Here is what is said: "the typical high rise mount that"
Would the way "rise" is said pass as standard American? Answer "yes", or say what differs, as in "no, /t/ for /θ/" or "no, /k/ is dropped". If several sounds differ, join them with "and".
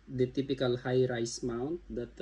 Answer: no, /s/ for /z/